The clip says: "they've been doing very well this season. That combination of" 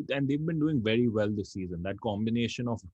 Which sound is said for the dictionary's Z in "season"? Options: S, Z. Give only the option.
Z